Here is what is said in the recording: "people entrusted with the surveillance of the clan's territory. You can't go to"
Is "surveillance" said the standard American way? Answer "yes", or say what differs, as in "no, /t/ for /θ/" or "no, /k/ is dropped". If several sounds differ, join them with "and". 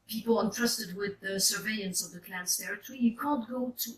no, /l/ is dropped